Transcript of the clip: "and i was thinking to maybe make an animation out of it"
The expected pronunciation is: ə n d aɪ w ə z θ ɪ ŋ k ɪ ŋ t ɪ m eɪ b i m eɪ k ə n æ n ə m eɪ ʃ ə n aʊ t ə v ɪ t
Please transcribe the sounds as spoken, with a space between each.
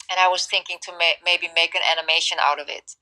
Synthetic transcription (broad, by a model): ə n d aɪ w ə z θ ɪ ŋ k ɪ ŋ t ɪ m eɪ b i m eɪ k ə n æ n ə m eɪ ʃ ə n aʊ t ə v ɪ t